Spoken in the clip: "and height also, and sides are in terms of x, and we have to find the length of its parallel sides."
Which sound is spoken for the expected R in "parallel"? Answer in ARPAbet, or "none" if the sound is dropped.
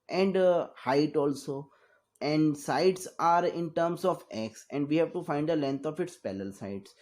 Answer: L